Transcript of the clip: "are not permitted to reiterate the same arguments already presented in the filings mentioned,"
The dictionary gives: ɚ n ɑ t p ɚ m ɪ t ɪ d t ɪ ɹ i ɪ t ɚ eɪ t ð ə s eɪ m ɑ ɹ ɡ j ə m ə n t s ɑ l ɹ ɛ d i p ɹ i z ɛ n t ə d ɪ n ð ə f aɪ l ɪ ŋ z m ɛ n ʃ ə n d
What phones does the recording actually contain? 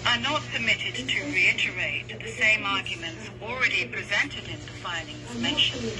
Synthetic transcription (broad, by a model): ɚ n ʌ t p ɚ m ɪ t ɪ d t ɪ ɹ i ɪ t ɚ eɪ t ð ə s eɪ m ɑ ɹ ɡ j ə m ə n t s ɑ l ɹ ɛ d i p ɹ i z ɛ n t ə d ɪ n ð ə f aɪ l ɪ ŋ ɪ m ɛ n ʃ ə n